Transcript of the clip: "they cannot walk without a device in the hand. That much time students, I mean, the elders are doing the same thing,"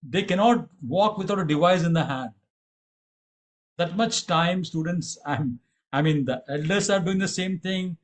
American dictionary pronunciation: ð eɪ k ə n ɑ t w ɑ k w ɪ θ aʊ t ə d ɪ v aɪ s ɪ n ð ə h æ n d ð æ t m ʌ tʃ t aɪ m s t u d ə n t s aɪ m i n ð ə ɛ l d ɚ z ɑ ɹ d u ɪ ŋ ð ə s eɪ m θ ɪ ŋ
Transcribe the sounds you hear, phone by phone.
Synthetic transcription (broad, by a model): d eɪ k ə n ɑ t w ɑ k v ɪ t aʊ t ə d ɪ v aɪ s ɪ n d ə h æ n d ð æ t m ʌ tʃ t aɪ m s t u d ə n t s aɪ m i n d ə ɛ l d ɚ s ɑ ɹ d u ɪ ŋ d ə s eɪ m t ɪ ŋ